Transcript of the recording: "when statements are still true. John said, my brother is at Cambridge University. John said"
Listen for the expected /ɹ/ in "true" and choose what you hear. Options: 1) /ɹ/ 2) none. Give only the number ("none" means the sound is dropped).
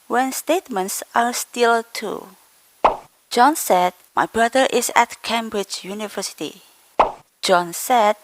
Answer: 2